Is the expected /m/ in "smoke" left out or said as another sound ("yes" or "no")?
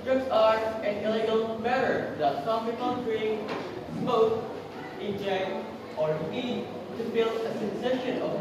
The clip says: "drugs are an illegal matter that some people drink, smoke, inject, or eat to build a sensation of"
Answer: yes